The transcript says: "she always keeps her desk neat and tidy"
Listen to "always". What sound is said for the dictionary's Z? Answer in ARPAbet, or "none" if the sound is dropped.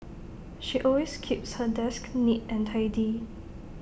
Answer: S